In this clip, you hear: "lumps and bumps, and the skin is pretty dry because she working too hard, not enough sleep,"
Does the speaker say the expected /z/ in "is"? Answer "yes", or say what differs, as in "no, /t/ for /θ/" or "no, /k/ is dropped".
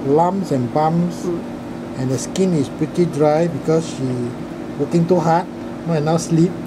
no, /s/ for /z/